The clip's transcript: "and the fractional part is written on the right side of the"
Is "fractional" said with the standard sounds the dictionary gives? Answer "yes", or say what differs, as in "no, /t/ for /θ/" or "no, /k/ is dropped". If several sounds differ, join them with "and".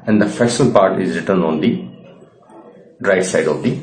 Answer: no, /ɹ/ is dropped and /k/ is dropped